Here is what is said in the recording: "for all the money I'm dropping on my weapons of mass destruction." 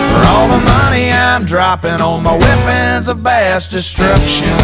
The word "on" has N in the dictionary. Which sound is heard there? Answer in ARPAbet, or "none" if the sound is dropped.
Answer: L